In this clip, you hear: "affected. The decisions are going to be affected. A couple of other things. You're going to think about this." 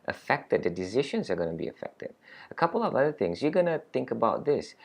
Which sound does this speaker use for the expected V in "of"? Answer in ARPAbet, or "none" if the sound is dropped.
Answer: V